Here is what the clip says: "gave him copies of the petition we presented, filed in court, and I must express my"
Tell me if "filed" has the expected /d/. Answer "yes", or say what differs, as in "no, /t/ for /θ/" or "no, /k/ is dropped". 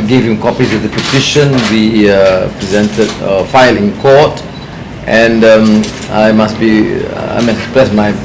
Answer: no, /d/ is dropped